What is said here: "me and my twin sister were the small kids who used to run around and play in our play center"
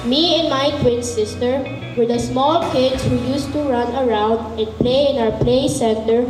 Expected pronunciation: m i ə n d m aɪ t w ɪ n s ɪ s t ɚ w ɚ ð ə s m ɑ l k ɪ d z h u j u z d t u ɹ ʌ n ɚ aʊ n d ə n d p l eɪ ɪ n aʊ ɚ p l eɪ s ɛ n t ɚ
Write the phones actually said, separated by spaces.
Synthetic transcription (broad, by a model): m i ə n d m aɪ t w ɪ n s ɪ s t ɚ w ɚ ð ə s m ɑ l k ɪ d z h u j u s t u ɹ ʌ n ɚ aʊ n d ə n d p l eɪ ɪ n aʊ ɚ p l eɪ s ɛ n t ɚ